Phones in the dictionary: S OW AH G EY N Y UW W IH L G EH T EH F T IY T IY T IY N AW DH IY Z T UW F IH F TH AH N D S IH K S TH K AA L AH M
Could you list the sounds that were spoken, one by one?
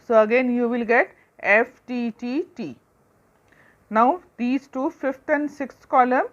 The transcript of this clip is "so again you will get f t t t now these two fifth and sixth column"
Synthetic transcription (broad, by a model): S OW AH G EY N Y UW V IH L G EH T EH F T IY T IY T IY N AW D IY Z T UW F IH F T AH N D S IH K S K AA L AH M